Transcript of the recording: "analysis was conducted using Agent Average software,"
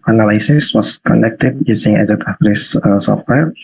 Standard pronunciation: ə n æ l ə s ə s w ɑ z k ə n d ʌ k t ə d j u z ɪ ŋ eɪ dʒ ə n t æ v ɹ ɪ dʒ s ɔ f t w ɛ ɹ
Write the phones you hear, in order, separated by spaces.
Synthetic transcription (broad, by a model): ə n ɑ l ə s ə s w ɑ s k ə n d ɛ k t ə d j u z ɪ ŋ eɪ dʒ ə t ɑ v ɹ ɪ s s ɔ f t w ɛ ɹ